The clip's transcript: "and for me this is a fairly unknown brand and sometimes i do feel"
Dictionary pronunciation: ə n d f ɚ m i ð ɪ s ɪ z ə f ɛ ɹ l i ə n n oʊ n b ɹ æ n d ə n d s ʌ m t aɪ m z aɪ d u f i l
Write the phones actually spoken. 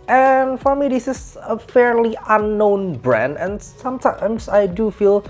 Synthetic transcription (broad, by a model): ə n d f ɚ m i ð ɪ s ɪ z ə f ɛ ɹ l i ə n n oʊ n b ɹ æ n d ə n s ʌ m t aɪ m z aɪ d u f i l